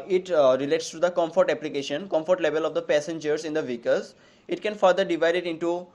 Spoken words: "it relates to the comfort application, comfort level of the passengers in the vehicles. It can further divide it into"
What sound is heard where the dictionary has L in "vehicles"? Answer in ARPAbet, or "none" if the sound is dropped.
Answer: none